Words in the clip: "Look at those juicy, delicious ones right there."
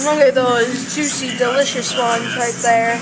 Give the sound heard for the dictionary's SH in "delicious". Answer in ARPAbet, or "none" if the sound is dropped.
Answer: SH